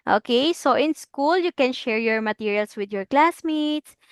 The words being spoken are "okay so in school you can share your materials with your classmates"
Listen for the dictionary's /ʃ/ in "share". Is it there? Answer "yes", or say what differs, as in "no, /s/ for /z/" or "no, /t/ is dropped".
yes